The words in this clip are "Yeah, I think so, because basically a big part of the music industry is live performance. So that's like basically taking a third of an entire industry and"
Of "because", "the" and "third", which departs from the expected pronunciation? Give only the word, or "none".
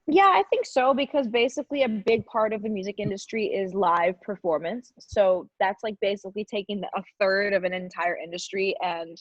none